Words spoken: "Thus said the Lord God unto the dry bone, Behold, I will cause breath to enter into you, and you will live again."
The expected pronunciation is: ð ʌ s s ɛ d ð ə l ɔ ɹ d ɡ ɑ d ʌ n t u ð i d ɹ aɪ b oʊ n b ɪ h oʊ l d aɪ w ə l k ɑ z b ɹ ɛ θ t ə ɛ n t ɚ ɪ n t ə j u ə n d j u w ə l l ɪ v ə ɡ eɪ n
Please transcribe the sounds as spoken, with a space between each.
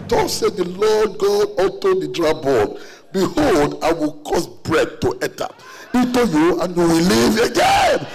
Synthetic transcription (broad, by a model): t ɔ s s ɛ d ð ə l ɔ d ɡ ɑ d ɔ t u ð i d ɹ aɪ b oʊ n b ɪ h oʊ l d aɪ w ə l k ɑ s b ɹ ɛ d t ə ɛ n t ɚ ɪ t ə j u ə n j u w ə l l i v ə ɡ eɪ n